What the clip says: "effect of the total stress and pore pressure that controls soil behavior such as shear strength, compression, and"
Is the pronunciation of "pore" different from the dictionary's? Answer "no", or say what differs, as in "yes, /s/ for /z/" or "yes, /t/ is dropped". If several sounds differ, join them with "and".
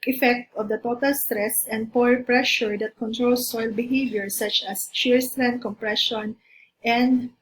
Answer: no